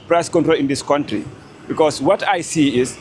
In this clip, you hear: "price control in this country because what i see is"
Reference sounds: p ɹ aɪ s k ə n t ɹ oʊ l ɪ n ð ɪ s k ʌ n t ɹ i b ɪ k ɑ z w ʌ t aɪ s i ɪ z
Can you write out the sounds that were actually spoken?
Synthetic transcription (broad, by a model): p ɹ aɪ s k ə n t ɹ oʊ l ɪ n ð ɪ s k ʌ n t ɹ i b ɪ k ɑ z w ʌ t aɪ s i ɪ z